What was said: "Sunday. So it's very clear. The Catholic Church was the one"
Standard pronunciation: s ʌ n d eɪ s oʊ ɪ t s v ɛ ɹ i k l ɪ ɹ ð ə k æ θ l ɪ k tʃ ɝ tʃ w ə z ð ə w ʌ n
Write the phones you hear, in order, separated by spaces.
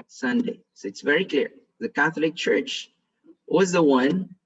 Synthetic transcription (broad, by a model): s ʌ n d eɪ s oʊ ɪ t s v ɛ ɹ i k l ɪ ɹ ð ə k æ θ l ɪ k tʃ ɝ tʃ w ə z ð ə w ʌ n